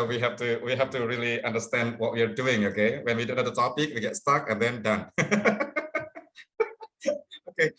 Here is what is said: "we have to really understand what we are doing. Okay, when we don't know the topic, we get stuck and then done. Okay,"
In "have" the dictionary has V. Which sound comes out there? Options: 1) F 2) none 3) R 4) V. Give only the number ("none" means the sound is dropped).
1